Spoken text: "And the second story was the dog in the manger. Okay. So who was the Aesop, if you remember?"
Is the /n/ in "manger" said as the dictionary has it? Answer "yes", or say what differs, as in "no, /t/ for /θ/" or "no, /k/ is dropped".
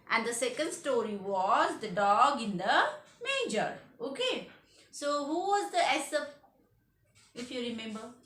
no, /n/ is dropped